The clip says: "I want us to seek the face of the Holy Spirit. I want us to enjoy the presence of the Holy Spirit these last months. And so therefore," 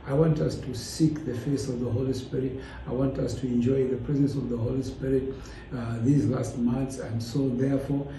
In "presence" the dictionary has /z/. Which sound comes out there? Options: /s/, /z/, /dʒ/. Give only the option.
/z/